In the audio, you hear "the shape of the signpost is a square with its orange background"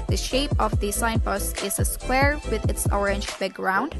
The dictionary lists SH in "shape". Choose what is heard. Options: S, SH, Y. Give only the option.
SH